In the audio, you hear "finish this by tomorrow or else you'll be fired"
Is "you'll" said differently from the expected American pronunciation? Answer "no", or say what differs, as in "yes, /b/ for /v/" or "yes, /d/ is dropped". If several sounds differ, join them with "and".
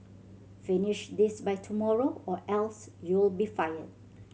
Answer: no